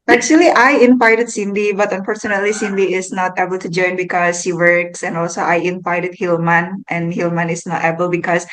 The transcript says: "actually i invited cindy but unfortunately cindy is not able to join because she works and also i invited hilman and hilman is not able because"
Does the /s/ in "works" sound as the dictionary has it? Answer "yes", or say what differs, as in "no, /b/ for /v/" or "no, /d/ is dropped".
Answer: yes